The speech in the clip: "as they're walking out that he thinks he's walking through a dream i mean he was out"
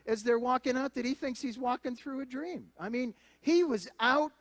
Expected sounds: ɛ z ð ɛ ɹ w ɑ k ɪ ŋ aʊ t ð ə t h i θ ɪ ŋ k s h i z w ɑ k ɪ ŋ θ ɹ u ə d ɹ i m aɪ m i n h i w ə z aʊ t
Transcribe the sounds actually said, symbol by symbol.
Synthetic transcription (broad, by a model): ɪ z ð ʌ ɹ w ɑ k ɪ ŋ aʊ t ð ə t h i θ ɪ ŋ k s h i z w ɑ k ɪ ŋ θ ɹ u ə d ɹ i m aɪ m i n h i w ə z aʊ t